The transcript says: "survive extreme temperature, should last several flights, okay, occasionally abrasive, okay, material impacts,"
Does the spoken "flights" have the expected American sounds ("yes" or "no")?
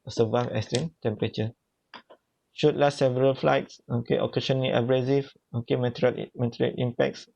yes